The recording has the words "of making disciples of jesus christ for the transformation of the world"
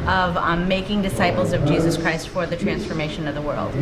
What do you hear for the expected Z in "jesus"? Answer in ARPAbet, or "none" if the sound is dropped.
Z